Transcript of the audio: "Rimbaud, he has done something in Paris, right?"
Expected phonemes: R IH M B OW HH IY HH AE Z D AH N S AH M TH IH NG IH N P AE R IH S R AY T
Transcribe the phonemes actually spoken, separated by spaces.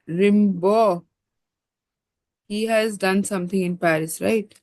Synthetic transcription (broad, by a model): R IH M B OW HH IY HH AE Z D AH N S AH M T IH NG IH N P AE R IH S R AY T